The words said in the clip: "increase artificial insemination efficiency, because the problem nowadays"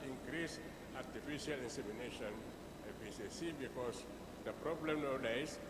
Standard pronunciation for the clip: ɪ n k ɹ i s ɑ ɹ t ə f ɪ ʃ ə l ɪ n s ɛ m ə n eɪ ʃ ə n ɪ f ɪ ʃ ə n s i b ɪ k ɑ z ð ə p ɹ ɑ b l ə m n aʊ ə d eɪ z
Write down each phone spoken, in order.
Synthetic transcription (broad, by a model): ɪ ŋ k ɹ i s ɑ t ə f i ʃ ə l ɪ n s ɛ m ə n eɪ ʃ ə n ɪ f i s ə s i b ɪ k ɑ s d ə p ɹ ɑ b l ə m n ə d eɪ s